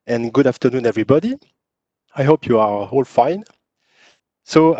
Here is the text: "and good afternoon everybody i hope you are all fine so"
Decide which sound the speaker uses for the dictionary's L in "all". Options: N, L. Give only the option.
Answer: L